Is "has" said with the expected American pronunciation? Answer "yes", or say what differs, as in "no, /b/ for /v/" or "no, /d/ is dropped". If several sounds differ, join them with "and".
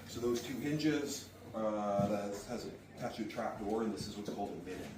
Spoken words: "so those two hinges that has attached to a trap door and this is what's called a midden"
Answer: yes